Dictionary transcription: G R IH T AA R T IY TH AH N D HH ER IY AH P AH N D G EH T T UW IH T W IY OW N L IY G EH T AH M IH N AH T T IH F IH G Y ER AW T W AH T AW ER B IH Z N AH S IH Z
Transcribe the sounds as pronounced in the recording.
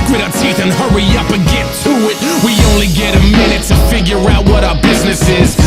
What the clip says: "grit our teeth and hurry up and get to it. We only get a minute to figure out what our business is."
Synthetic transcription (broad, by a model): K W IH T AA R T IY TH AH N HH ER IY AH P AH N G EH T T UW IH T W IY OW N L IY G EH T AH M IH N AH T T IH F IH G Y ER AW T W AH T AW ER B IH Z N AH S IH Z